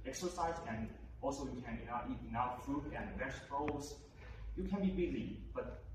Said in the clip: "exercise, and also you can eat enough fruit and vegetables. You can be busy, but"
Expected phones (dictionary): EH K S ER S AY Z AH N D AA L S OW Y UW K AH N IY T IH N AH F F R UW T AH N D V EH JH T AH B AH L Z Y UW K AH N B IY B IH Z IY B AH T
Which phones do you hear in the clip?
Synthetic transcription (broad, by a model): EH K S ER S AY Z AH N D AA L S OW Y UW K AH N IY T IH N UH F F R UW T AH N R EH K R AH AH Z Y UW K AH N B IY B IH Z IY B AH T